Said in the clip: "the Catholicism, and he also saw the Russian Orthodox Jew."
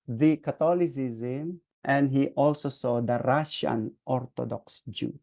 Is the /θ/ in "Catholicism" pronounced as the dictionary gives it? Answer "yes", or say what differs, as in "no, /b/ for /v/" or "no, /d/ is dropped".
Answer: no, /t/ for /θ/